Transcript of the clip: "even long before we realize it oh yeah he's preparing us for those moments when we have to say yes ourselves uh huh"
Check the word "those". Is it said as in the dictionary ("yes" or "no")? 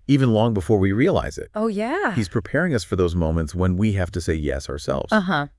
yes